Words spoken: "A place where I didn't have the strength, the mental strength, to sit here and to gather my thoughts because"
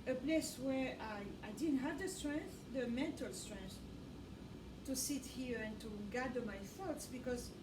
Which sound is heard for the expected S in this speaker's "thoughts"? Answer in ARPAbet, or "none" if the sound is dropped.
S